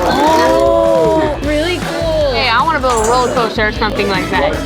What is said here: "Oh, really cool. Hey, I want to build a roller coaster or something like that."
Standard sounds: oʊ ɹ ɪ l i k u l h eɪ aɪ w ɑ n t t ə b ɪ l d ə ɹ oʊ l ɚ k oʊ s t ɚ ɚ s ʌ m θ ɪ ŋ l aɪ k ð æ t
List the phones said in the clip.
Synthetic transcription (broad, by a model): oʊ ɹ ɪ l i k u l h eɪ aɪ w ɑ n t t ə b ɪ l ə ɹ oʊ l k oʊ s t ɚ ɚ s ʌ m θ ɪ ŋ l aɪ k ð æ t